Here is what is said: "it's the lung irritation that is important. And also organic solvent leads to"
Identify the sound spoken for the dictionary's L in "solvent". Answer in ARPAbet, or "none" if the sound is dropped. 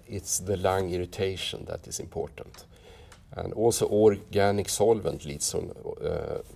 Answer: L